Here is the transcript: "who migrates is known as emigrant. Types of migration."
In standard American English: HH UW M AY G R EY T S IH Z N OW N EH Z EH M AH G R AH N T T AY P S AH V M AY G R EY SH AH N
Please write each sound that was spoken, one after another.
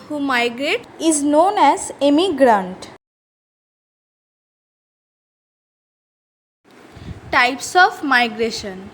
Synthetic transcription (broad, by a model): HH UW M AY G R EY T IH Z N OW N EH Z EH M AH G R AH N T T AY P S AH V M AY G R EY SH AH N